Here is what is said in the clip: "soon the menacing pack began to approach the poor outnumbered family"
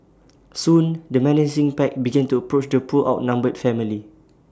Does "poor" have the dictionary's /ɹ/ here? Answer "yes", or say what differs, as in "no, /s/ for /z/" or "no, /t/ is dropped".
no, /l/ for /ɹ/